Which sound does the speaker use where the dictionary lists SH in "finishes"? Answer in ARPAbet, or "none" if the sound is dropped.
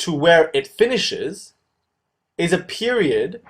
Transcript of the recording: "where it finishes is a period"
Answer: SH